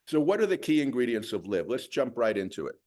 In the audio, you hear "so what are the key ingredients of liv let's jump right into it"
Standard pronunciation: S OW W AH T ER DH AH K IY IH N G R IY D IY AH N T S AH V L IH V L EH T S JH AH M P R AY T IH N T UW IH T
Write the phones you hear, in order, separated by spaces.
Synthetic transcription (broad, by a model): S OW W AH T ER DH AH K IY IH N G R IY D IY AH N T S AH V L IH V L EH T S JH AH M P R AY T IH N T UW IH T